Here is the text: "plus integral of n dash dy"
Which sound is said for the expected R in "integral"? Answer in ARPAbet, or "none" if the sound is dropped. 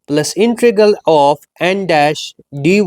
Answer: none